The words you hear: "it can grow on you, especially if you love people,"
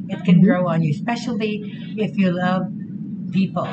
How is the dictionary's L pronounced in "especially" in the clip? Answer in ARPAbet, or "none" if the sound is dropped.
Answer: L